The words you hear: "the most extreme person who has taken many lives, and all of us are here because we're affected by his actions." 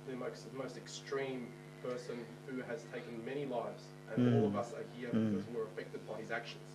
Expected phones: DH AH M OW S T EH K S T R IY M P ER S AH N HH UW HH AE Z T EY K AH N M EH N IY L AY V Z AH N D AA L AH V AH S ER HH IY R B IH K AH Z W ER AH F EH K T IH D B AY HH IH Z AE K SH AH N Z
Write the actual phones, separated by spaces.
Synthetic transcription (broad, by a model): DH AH M OW S T EH K S T R IY M P ER S AH N HH UW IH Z T EY K AH N M EH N IY L AY V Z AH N AA L AH V AH S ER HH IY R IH AH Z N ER AH F EH K T IH D B AY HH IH Z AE K SH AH N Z